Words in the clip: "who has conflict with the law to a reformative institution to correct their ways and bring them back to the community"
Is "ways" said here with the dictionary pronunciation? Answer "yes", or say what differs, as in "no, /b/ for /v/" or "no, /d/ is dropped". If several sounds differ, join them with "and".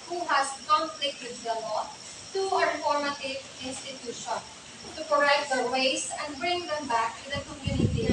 no, /s/ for /z/